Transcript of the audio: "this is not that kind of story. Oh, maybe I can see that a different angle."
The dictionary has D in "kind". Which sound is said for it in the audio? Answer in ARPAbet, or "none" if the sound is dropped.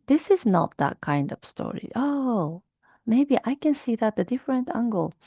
D